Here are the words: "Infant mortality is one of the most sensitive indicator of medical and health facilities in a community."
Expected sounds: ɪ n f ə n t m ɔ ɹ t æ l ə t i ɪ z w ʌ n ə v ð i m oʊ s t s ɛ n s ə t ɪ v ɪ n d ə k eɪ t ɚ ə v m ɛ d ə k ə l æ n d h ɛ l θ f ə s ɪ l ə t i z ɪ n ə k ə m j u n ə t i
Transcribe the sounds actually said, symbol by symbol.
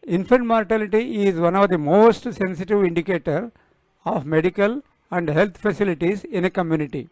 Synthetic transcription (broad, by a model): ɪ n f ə n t m ɔ ɹ t æ l ə t i ɪ z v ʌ n ə v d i m oʊ s t s ɛ n s ə t ɪ v ɪ n d ə k eɪ t ɚ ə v m ɛ d ə k ə l æ n d h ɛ l t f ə s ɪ l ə t i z ɪ n ə k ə m j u n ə t i